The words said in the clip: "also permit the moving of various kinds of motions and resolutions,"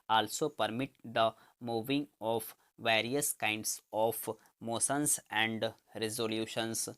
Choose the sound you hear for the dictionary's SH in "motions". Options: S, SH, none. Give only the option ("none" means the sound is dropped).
S